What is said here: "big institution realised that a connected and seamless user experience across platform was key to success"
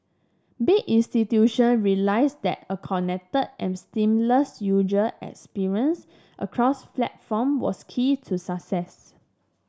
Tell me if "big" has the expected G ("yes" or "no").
no